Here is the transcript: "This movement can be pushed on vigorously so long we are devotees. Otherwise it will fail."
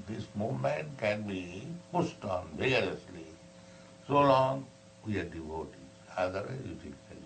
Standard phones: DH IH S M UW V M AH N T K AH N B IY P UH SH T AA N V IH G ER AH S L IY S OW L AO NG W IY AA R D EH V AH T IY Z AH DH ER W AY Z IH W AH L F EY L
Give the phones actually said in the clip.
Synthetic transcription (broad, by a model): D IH S M UW V M AH N T K AH N B IY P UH S T AA N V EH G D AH S L IY S OW L AO NG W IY AA R D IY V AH T IY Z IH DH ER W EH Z IH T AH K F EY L